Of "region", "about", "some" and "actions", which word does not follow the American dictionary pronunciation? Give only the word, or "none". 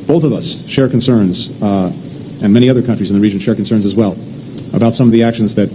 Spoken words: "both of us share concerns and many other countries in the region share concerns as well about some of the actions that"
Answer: none